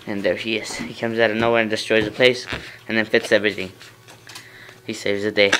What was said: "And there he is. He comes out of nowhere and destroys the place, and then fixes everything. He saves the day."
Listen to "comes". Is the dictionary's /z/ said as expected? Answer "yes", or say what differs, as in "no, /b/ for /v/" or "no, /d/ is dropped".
yes